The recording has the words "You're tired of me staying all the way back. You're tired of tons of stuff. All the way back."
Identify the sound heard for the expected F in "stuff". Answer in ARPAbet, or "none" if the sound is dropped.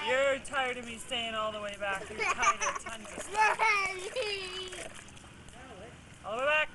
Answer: none